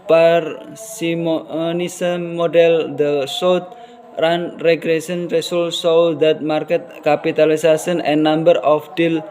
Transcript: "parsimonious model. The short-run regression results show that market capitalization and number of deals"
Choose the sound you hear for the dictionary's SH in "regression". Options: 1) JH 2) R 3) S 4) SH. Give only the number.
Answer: 3